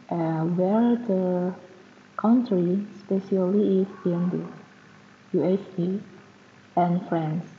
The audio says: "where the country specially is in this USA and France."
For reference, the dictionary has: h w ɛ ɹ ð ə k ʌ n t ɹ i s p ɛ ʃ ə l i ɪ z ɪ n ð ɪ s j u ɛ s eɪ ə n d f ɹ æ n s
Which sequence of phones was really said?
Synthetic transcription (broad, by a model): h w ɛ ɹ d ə k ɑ n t ɹ i s p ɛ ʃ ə l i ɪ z ɪ n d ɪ j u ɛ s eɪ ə n f ɹ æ n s